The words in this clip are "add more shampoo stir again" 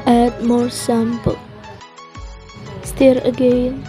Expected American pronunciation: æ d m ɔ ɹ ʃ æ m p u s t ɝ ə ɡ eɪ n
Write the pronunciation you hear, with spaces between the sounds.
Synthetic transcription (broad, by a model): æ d m ɔ ɹ s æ m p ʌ s t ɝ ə ɡ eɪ n